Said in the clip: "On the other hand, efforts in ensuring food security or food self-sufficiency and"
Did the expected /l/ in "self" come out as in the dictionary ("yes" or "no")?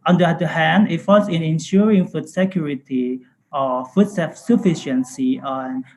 no